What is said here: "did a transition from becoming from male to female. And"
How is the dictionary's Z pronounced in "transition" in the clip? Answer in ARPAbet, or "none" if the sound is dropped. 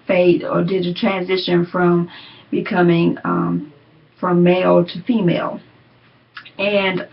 Z